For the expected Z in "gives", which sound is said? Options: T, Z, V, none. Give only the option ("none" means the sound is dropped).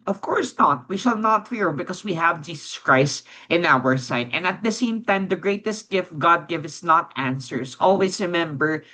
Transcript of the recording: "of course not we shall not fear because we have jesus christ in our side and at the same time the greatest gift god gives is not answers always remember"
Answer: none